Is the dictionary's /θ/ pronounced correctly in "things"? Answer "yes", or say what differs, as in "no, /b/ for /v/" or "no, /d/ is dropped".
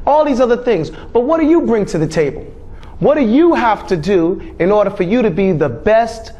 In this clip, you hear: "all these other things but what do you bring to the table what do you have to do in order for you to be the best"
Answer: yes